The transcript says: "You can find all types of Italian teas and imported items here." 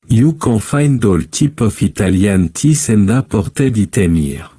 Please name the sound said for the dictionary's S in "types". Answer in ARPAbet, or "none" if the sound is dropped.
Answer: none